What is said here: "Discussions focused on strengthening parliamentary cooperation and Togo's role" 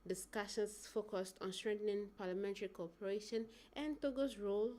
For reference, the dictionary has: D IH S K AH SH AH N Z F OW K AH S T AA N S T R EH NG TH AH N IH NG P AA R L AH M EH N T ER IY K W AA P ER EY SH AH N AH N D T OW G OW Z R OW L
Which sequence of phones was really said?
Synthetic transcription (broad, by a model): D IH S K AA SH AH N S F OW K AH S T AA N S T R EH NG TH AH N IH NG P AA L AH M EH N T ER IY K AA P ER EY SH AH N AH N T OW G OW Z R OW L